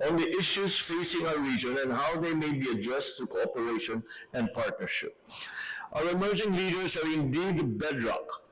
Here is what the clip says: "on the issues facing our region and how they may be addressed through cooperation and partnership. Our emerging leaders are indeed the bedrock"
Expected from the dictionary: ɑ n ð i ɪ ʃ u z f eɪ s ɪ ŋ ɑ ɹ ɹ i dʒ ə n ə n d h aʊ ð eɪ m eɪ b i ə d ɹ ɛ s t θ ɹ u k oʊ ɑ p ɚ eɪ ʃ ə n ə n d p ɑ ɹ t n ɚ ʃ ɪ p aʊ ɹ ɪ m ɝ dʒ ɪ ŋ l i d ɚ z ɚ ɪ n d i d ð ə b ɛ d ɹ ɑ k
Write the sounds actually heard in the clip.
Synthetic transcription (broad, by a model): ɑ n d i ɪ ʃ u s f eɪ s ɪ ŋ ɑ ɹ ɹ i dʒ ə n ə n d h aʊ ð eɪ m eɪ b i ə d ɹ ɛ s t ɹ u k oʊ ɑ p ɚ eɪ ʃ ə n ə n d p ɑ ɹ t n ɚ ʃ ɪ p aʊ ɹ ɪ m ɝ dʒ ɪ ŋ l i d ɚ s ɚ ɪ n d i d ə b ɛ d ɹ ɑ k